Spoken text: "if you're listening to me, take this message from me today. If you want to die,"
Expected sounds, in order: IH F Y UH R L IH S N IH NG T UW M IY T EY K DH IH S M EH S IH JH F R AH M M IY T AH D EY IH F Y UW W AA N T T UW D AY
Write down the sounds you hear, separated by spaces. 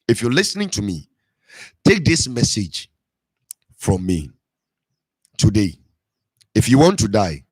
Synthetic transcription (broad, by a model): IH F Y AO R L IH S N IH NG T UW M IY T EY K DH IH S M EH S IH JH F R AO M M IY T AH D EY IH F Y UW W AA N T T UW D AY